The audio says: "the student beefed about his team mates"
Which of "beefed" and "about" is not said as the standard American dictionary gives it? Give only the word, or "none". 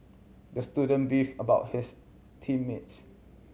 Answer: beefed